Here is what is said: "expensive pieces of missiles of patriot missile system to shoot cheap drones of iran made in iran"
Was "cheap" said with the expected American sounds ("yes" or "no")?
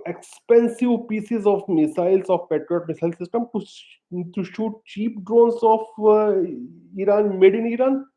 yes